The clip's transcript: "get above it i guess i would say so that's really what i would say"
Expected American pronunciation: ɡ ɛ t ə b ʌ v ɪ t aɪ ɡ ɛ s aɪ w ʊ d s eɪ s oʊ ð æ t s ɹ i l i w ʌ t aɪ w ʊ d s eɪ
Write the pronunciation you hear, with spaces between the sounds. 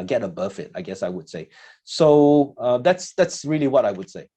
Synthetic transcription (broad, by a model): ɡ ɛ t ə b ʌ f ɪ t aɪ ɡ ɛ s aɪ w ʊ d s eɪ s oʊ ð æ t s ɹ i l i w ʌ t aɪ w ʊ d s eɪ